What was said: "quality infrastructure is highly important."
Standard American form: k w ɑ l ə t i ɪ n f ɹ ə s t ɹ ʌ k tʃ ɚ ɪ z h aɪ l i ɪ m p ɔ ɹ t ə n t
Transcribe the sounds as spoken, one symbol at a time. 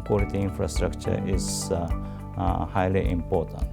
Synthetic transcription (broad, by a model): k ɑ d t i ɪ n f ɹ ə s t ɹ ʌ k tʃ ɚ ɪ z h aɪ l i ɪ m p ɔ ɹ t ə n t